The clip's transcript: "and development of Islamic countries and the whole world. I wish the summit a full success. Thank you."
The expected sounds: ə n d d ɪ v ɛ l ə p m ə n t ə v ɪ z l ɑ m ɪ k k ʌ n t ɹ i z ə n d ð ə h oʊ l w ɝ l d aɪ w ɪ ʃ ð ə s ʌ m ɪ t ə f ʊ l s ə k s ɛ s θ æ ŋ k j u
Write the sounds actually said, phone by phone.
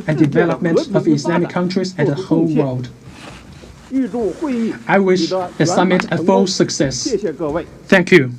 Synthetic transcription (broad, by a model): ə n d d ɪ v ɛ l ə p m ə n t ə v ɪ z l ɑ m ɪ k k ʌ n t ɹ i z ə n ð ə h oʊ l w ɝ l d aɪ w ɪ ʃ ð ə s ʌ m ɪ t ə f ʊ l s ə k s ɛ s θ æ ŋ k j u